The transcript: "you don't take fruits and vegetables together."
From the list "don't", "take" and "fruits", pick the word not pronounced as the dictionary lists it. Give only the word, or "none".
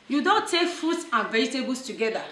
fruits